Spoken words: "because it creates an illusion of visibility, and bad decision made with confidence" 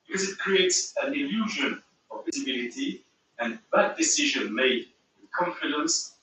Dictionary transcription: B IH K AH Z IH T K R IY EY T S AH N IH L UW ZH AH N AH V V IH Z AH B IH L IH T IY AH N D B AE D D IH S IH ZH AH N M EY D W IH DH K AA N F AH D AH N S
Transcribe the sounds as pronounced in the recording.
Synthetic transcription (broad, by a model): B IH K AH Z IH T K R IY EY T S AH N IH L UW ZH AH N AH V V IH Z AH B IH L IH T IY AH N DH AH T D IH S IH ZH AH N M EY D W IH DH K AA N F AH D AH N S